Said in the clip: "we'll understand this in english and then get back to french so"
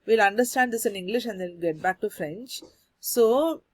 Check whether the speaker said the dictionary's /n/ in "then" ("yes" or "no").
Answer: no